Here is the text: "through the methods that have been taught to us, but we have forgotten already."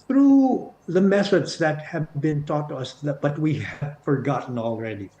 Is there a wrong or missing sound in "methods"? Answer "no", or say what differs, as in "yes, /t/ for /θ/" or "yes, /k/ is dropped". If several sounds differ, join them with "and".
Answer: yes, /s/ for /θ/